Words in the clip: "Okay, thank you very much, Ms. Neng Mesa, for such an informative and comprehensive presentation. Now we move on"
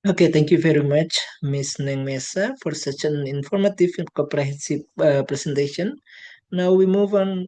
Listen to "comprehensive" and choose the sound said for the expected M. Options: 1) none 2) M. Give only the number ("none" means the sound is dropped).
1